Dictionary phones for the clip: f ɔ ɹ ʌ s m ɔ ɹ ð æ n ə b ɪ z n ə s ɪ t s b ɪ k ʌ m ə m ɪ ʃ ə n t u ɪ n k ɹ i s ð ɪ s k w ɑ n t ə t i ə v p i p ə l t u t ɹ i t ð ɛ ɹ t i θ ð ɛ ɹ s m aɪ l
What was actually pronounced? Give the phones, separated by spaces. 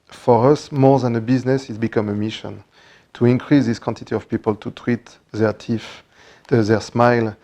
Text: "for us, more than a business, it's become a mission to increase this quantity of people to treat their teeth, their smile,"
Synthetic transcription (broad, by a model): f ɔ ɹ ʌ s m ɔ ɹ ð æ n ə b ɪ z n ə s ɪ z b ɪ k ʌ m ə m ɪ ʃ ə n t u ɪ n k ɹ i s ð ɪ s k w ɑ n t ə t i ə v p i p ə l t u t ɹ i t ð ɛ ɹ t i f ð ɛ ɹ s m aɪ l